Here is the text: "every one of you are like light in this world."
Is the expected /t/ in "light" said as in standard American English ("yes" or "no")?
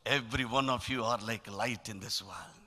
yes